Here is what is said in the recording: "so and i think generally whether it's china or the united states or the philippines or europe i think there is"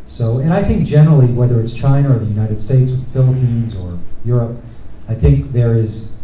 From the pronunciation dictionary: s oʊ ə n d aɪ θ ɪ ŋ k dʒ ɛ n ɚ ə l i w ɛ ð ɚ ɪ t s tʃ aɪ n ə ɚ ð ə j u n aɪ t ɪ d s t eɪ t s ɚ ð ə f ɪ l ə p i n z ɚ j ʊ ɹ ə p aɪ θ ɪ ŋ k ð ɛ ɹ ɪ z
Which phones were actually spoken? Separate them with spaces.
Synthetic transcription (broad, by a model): s oʊ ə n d aɪ θ ɪ ŋ k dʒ ɛ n ɚ l i w ɛ ð ɚ ɪ t s tʃ aɪ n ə ɚ ð ə j u n aɪ t ɪ d s t eɪ t s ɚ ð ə f ɪ l ə p i n z ɚ j ʊ ɹ ə p aɪ θ ɪ ŋ k ð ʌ ɹ ɪ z